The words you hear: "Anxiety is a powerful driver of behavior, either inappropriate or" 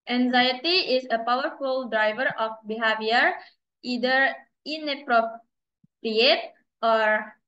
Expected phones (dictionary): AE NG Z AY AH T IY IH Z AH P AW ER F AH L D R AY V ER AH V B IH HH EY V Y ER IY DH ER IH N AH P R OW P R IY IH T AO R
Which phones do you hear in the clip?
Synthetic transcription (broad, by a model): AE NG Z AY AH T IY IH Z AH P AW ER F AH L D R AY V ER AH F B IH HH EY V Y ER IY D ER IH N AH P R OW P R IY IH T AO R